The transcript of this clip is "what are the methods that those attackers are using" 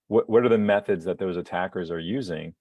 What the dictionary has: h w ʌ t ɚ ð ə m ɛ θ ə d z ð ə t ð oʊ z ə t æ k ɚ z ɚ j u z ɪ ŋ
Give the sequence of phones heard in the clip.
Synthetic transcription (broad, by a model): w w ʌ t ɚ ð ə m ɛ θ ə d z ð ə t ð oʊ z ə t æ k ɚ z ɚ j u z ɪ ŋ